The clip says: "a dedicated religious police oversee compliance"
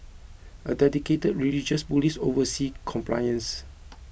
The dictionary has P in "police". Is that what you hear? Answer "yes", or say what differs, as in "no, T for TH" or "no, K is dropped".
no, B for P